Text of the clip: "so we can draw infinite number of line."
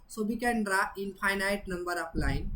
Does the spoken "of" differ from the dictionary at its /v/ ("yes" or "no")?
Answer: yes